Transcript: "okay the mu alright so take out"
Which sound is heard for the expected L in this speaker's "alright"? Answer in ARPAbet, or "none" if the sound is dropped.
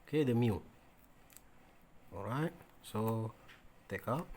none